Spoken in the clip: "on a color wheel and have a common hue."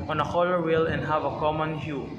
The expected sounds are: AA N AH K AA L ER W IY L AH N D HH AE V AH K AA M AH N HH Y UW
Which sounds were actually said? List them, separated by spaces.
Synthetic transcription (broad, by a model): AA N AH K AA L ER W IY L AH N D HH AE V AH K AA M AH N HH Y UW